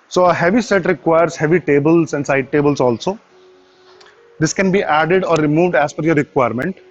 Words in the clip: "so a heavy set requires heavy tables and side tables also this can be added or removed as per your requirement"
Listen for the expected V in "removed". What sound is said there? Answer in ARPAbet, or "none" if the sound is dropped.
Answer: V